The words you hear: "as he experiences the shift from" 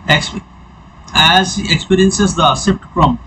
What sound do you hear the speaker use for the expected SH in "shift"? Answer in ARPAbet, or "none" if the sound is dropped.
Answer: S